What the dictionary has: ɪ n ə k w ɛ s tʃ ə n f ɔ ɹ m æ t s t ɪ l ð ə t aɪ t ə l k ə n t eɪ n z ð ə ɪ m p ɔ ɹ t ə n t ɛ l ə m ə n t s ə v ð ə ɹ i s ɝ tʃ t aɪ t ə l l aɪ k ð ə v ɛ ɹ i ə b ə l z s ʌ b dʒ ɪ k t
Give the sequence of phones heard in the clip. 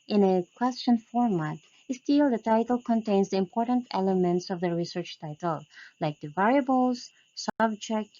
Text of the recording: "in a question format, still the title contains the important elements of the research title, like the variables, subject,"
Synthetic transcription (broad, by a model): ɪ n ə k w ɛ s tʃ ə n f ɔ ɹ m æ t s t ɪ l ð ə t aɪ t ə l k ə n t eɪ n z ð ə ɪ m p ɔ ɹ t ə n t ɛ l ə m ə n t s ə v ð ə ɹ i s ɝ tʃ t aɪ t ə l l aɪ k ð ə v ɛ ɹ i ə b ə l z s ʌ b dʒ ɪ k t